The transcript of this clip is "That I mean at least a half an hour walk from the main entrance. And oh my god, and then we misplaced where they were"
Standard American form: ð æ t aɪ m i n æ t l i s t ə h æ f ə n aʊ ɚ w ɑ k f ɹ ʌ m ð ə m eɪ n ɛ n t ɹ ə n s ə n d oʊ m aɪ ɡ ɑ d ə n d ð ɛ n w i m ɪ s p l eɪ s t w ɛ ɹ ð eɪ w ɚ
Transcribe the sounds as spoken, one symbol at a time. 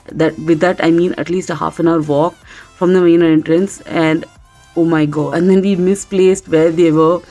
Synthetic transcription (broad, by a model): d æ t aɪ m i n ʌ t l i s t ə h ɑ f ə n aʊ ɚ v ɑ k f ɹ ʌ m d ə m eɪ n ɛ n t ɹ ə n s ə n d oʊ m aɪ ɡ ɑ ə n d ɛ n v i m ɪ s p l eɪ s t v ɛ ɹ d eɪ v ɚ